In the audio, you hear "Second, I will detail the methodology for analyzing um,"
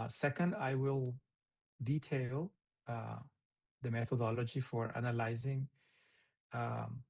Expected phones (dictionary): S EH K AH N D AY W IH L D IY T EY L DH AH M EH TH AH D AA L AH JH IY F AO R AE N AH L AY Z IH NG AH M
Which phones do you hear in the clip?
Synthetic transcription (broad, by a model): S EH K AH N D AY W IH L D IY T EY L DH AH M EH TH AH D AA L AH JH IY F AO R AE N AH L AY Z IH NG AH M